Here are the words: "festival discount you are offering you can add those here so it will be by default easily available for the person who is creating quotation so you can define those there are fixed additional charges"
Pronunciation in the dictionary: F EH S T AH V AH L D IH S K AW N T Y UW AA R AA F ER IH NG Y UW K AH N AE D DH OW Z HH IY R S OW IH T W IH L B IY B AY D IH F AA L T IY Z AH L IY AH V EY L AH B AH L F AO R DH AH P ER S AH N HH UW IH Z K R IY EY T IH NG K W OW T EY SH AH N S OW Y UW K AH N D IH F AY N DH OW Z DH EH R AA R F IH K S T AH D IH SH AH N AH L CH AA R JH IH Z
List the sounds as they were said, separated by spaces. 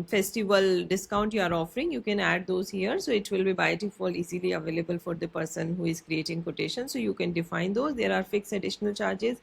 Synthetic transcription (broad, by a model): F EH S T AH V AH L D IH S K AW N T Y UW AA R AA F ER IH NG Y UW K AH N AE D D OW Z HH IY R S OW IH T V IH L B IY B AY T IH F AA L IY Z AH L IY AH V EY L AH B AH L F AO R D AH P ER S AH N HH UW IH Z K R IY EY T IH NG K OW T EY SH AH N S OW Y UW K AH N D IH F AY N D OW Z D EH R AA R F IH K S AH D IH SH AH N AH L CH AA R JH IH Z